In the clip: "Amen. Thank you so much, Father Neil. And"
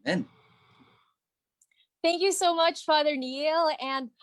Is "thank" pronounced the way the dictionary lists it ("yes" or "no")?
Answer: yes